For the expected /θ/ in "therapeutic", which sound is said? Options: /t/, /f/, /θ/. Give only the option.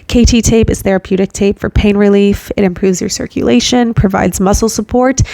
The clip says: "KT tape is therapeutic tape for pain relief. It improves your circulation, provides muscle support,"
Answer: /θ/